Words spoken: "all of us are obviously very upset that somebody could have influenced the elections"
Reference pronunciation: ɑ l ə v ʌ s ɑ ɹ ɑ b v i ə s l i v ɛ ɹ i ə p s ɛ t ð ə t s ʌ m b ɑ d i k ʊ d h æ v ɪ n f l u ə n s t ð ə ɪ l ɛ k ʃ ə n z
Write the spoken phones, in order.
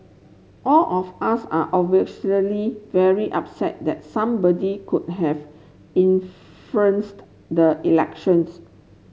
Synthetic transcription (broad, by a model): ɑ l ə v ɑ s ɑ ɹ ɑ v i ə l i v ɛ ɹ i ə p s ɛ t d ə t s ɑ m b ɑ d i k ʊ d h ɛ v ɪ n f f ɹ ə n s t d ə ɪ l ɛ k ʃ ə n s